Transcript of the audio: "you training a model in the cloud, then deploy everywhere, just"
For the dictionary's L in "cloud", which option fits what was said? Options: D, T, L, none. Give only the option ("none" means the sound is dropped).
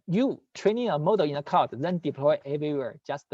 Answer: none